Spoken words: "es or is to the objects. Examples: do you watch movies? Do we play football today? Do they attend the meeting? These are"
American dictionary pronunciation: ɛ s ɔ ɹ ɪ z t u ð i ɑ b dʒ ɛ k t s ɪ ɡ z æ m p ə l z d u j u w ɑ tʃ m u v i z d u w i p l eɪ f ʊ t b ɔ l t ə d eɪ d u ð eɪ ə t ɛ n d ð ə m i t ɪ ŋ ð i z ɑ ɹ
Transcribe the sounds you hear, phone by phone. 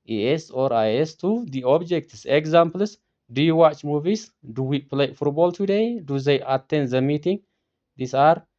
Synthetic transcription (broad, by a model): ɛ s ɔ ɹ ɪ s t u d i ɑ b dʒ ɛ k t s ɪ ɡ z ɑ m p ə l s d u j u w ɑ tʃ m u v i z d u w i p l eɪ f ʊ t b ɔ l t ə d eɪ d u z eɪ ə t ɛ n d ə m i t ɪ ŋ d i s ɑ ɹ